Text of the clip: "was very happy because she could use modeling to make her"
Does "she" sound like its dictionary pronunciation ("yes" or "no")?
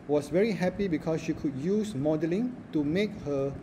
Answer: yes